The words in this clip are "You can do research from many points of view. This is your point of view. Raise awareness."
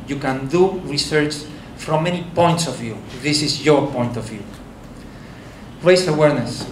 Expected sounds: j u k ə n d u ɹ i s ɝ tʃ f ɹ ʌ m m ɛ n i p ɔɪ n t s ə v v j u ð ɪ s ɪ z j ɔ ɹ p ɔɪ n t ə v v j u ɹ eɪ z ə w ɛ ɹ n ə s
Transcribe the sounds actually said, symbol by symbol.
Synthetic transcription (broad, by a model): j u k ə n d u ɹ i s ɝ tʃ f ɹ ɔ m m ɛ n i p ɔɪ n t s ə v v j u ð ɪ s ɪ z j ɔ ɹ p ɔɪ n t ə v v j u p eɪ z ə w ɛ ɹ n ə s